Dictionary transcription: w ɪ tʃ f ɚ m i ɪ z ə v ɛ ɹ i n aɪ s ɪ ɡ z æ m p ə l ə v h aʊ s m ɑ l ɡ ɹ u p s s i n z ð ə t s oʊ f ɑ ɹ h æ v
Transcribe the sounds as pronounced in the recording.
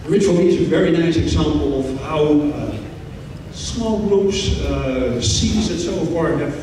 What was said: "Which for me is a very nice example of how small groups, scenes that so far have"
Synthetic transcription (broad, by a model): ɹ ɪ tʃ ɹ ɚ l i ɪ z ə v ɛ ɹ i n aɪ s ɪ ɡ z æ m p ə l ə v h aʊ s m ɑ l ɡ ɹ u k s s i z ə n s oʊ f ɑ ɹ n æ